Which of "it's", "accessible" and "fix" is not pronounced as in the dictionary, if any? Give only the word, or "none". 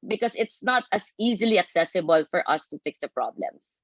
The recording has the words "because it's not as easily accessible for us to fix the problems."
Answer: none